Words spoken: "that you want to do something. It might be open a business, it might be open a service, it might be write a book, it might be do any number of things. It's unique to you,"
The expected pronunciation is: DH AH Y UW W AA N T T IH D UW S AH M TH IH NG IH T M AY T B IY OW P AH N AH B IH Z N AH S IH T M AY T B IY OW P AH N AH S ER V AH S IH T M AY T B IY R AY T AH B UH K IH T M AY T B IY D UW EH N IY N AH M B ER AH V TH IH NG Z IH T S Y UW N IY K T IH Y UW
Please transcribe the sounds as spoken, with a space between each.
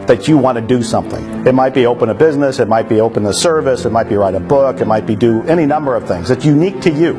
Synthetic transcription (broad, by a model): DH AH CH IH W AA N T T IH D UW S AH M TH IH NG IH T M AY T B IY OW P AH N AH B IH Z N AH S IH T M AY T B IY OW P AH N AH S ER V AH S IH T M AY T B IY R AY T AH B UH K IH T M AY T B IY D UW EH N IY N AH M B ER AH V TH IH NG Z IH T S Y UW N IY K T IH Y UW